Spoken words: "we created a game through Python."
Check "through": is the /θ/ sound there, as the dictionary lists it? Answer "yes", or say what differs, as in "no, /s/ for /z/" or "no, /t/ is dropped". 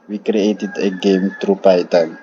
no, /t/ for /θ/